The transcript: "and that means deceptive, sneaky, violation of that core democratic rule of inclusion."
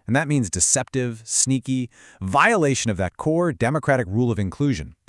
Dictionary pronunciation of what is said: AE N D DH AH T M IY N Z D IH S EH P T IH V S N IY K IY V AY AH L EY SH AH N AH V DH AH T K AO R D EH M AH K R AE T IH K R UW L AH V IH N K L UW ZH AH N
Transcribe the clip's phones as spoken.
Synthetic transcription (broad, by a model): N DH AH T M IY N Z D IH S EH P T IH V S N IY K IY V AY AH L EY SH AH N AH V DH AH T K AO R D EH M AH K R AE T IH K R UW L AH V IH N K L UW ZH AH N